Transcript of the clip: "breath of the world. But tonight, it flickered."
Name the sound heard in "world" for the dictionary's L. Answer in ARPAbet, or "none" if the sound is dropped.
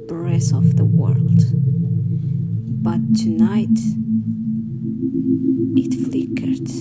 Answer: L